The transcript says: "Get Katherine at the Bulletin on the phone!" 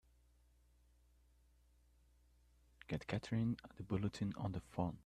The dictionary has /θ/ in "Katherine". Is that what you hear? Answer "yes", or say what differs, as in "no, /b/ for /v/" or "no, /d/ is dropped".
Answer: no, /t/ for /θ/